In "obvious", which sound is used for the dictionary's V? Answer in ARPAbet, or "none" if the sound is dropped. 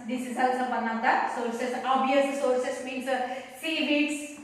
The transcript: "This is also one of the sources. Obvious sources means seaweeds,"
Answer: none